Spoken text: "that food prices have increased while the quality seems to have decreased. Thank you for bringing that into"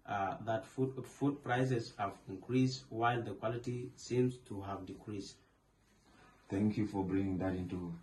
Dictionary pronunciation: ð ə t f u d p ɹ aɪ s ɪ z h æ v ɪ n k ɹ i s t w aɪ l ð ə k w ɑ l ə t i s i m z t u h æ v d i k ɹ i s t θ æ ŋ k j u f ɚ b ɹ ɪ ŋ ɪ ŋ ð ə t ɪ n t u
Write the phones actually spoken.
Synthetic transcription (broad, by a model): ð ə t f u d p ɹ aɪ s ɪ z h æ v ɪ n k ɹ i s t w aɪ l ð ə k w ɑ l ə t i s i m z t u h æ v d i k ɹ i s t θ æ ŋ k j u f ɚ b ɹ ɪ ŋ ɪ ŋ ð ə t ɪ n t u